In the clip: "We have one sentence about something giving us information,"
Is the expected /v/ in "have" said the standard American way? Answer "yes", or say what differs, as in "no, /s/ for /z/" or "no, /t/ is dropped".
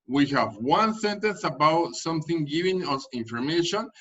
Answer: yes